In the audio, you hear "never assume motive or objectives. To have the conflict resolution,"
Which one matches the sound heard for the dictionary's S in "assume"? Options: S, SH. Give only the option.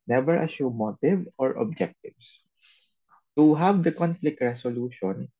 SH